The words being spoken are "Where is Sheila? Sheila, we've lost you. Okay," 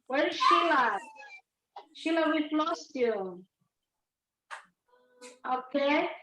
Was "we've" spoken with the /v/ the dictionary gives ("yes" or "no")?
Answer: no